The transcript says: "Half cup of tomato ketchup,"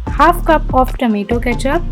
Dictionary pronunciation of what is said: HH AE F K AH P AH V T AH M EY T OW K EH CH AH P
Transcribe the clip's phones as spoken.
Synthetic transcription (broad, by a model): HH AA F K AH P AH P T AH M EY T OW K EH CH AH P